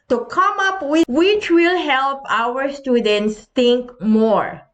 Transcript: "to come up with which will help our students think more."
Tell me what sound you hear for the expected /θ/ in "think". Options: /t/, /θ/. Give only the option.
/t/